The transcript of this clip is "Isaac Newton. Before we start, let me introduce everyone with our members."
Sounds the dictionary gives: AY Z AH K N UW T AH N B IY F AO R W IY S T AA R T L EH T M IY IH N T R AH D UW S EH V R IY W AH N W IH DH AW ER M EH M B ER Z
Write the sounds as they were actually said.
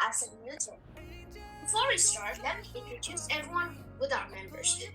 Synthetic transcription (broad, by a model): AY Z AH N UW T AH B IY F AO R W IY S T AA R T L EH T M IY IH N T R AH D UW S EH V R IY W AH N W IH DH AW ER M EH M B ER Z